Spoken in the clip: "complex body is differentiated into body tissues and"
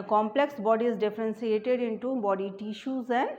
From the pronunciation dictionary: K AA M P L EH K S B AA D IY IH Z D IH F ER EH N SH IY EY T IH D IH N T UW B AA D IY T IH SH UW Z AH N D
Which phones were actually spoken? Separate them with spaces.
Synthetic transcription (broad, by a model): K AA M P L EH K S B AA D IY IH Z D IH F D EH N S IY EY T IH D IH N T UW B AA D IY T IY SH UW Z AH N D